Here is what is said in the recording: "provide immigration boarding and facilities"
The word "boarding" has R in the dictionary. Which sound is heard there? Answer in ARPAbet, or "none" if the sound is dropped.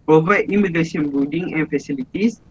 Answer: L